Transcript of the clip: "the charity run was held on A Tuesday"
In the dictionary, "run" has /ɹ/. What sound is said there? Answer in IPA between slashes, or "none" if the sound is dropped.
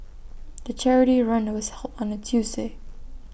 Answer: /ɹ/